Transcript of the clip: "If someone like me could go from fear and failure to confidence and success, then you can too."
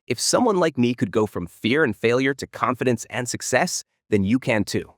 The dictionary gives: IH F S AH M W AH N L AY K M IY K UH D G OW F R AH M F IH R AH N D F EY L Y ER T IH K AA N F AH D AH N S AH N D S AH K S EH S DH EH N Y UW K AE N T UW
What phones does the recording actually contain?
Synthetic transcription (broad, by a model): IH F S AH M W AH N L AY K M IY K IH D G OW F R AH M F IH R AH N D F EY L Y ER T IH K AA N F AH D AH N S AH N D S AH K S EH S DH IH N Y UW K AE N T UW